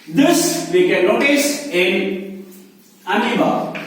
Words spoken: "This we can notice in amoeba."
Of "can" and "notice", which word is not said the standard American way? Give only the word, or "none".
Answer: notice